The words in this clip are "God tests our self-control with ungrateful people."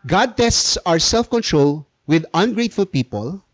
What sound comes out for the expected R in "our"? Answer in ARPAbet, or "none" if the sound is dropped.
R